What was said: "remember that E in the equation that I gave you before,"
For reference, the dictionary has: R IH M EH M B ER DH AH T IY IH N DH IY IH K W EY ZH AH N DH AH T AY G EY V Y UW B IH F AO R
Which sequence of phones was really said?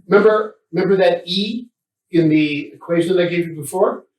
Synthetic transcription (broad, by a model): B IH M EH M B ER DH AH T IY IH N DH IY IH K W EY ZH AH N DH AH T AY G EY V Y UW B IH F AO R